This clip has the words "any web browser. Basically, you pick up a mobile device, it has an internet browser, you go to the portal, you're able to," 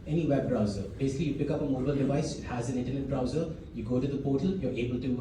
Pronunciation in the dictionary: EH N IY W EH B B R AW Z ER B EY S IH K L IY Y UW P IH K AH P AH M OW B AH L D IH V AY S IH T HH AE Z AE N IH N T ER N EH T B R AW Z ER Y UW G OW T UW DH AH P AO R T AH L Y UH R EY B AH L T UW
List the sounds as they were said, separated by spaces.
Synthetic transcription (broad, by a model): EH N IY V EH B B R AW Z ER B EY S IH K L IY Y UW P IH K AH P AH M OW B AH L D IH V AY S IH T HH AE Z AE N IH N T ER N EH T B R AW Z ER Y UW G OW T UW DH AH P AO T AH L Y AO R EY B AH L T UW